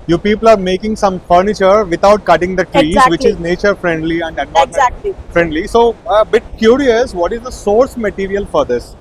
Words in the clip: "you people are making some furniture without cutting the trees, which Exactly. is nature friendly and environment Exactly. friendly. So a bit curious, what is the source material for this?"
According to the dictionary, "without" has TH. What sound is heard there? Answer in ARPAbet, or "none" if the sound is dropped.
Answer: T